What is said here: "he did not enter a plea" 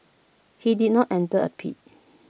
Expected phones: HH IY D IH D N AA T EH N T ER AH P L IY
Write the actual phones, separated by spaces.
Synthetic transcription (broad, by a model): HH IY D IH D N AA T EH N T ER AH P IY